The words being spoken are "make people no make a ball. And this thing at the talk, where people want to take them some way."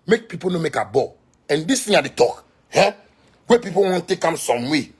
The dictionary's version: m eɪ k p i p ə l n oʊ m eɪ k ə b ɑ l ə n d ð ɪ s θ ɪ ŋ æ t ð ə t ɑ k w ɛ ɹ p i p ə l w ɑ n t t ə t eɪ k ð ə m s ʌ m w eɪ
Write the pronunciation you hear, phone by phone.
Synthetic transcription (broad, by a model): m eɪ k p i p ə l n oʊ m eɪ k ə b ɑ ə n d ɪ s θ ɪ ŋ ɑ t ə t ɑ k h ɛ w p i p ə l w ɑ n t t t eɪ k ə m s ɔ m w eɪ